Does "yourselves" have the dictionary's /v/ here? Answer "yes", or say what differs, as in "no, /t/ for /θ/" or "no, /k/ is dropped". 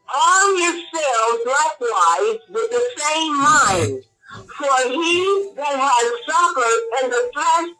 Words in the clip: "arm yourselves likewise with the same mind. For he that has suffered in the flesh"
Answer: no, /v/ is dropped